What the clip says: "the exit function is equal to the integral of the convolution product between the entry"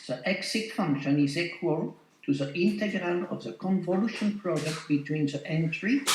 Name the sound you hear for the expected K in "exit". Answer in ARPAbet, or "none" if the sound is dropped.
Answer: K